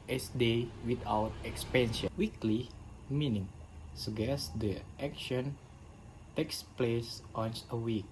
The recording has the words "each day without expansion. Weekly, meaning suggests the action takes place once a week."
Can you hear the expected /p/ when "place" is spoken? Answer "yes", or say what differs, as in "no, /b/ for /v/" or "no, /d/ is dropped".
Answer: yes